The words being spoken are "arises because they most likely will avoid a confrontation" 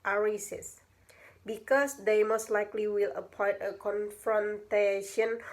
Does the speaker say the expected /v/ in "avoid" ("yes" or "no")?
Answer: no